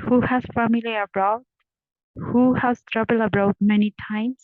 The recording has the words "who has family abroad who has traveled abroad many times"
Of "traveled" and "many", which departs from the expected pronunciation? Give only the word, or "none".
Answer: traveled